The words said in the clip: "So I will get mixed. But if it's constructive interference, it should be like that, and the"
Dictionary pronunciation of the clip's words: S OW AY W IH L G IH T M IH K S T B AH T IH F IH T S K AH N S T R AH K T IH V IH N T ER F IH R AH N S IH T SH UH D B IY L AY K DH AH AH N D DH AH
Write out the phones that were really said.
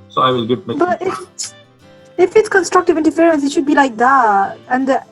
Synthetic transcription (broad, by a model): S OW AY W IH L G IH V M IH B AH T IH F IH T S K AH N S T R AH K T IH V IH N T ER F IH R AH N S IH T SH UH D B IY L AY K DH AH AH N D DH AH